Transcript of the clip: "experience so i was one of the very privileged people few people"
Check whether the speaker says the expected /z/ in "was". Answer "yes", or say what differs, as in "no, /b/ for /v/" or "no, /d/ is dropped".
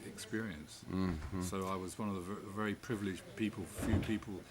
yes